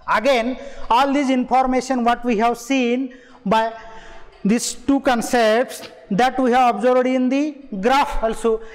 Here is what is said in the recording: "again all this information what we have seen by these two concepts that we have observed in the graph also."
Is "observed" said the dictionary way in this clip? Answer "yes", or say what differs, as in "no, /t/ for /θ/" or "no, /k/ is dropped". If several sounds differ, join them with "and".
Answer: no, /b/ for /v/